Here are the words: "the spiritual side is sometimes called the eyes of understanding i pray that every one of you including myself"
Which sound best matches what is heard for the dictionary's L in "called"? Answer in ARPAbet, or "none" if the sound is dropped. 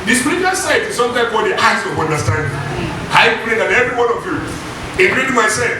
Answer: none